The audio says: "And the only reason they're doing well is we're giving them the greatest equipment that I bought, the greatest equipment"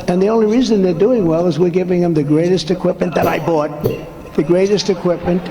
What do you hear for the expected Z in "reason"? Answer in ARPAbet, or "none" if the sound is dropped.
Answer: Z